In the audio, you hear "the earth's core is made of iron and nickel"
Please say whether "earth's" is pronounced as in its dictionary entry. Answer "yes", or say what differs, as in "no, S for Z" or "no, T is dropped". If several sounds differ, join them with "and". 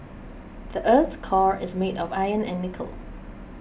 no, S is dropped